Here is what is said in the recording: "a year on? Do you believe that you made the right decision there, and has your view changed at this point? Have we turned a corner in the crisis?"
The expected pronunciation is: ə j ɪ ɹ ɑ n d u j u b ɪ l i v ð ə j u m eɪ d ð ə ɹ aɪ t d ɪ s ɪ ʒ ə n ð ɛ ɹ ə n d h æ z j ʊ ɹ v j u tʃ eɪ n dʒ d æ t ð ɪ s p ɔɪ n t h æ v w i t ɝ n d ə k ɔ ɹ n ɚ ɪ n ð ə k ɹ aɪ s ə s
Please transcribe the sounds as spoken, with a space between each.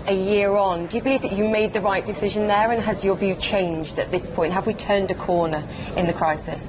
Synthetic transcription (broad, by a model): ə j ɪ ɹ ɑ n d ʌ j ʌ b ɪ l i v ð ə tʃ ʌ m eɪ d ð ə ɹ aɪ t d ɪ s ɪ ʒ ə n ð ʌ ɹ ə n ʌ z j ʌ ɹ v j u tʃ eɪ n dʒ d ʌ t ð ɪ s p ɔɪ n t h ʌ v w i t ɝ n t ə k ɔ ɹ n ɚ ɪ n ð ə k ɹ aɪ s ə s